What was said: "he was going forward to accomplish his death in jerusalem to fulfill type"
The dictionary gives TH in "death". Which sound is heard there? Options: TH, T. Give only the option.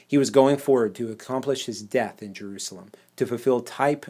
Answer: TH